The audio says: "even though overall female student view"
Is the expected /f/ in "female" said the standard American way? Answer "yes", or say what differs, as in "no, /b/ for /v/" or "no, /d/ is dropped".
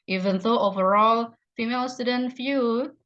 yes